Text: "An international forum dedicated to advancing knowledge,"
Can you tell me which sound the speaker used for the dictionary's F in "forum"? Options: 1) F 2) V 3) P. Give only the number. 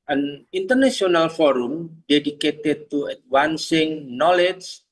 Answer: 1